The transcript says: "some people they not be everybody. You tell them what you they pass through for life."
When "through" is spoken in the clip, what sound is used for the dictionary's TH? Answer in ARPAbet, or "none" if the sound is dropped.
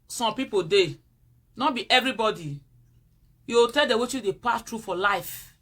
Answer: T